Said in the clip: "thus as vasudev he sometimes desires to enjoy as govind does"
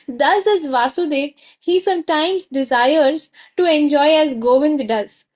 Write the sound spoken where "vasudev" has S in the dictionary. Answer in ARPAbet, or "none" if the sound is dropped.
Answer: S